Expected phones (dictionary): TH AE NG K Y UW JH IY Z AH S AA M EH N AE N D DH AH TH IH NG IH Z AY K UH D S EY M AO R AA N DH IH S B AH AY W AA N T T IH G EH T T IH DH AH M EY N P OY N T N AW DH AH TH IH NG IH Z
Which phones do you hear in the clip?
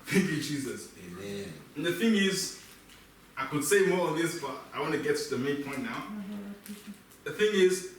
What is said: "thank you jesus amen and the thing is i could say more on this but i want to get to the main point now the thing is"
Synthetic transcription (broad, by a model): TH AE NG K Y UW JH IY Z AH S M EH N N DH AH TH IH NG IH Z AY K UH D S EY M AO R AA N DH IH S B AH AY W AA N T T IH G EH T T IH DH AH M EY N P OY N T N AW DH AH TH IH NG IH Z